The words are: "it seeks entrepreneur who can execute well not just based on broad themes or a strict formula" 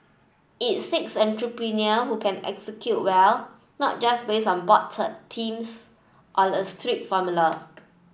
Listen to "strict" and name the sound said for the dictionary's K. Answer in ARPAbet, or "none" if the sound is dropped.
none